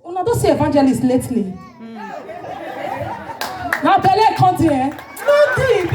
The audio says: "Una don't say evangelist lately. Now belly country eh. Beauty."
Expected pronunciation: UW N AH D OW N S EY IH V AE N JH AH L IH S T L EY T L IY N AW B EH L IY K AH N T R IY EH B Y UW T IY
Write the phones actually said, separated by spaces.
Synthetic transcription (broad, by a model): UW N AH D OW S EY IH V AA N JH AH L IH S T L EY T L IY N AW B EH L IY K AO T IY EH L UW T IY